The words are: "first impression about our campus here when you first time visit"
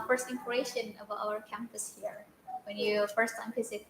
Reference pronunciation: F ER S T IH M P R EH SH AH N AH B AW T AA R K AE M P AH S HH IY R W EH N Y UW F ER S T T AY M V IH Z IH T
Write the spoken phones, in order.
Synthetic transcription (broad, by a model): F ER S T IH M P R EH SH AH N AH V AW AH R K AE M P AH S HH IY R W EH N Y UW F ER S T T AY M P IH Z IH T